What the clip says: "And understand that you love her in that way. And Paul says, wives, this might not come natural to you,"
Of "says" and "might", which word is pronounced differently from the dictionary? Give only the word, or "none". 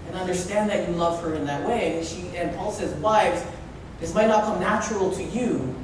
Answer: none